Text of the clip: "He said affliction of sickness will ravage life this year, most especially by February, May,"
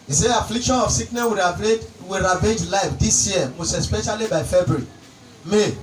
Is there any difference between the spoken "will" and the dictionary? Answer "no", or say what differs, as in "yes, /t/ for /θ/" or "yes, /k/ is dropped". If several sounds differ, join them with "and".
yes, /w/ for /l/